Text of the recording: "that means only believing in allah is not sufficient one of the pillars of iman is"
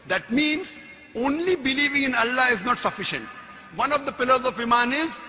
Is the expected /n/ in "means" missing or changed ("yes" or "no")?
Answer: no